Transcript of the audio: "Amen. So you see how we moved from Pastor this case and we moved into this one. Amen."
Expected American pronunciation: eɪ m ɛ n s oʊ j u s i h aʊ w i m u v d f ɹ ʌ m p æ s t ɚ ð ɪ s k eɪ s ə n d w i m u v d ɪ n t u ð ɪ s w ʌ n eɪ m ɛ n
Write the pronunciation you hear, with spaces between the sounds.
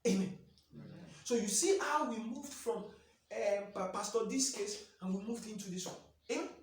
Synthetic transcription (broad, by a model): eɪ m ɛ n s oʊ j u s i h aʊ w i m u v d f ɹ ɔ m p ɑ s t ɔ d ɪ s k eɪ s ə n w i m u v d ɪ n t u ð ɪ s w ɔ eɪ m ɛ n